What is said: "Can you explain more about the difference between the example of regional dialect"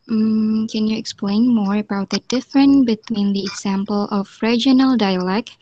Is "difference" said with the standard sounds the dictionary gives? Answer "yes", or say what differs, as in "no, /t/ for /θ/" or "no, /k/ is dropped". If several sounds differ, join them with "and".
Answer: no, /s/ is dropped